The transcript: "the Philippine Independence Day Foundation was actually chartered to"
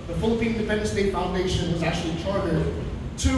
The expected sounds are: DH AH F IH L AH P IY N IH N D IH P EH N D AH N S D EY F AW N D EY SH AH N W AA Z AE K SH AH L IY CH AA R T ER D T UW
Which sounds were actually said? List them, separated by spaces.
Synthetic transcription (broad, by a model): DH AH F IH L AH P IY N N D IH F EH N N S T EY F AW N D EY SH AH N W AA Z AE K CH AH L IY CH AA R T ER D T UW